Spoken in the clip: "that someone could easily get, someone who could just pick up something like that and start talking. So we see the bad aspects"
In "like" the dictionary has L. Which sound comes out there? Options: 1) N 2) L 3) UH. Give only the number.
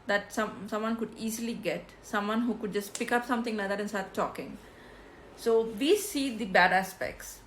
1